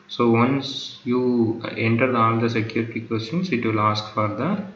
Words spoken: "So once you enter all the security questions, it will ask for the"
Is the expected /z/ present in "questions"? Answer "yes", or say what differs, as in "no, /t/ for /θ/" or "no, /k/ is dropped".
no, /s/ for /z/